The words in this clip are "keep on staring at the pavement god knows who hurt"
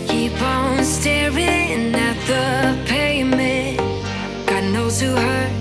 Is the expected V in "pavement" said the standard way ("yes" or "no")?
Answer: no